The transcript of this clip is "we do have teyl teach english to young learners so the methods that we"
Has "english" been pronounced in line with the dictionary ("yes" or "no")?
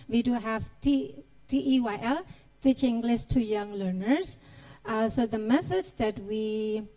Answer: no